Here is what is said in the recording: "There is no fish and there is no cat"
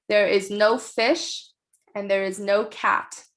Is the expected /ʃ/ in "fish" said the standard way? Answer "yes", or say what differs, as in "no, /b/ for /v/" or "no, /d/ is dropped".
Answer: yes